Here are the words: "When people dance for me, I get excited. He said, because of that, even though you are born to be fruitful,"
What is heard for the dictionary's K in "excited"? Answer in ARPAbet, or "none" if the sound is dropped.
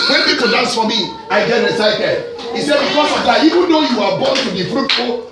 none